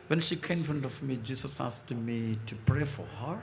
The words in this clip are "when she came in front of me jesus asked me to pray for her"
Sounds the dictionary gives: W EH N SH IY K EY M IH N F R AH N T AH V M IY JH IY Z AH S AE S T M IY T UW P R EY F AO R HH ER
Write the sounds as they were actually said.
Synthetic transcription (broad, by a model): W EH N SH IY K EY IH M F R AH N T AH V M IY JH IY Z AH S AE S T M IY T UW P R EY F AO R HH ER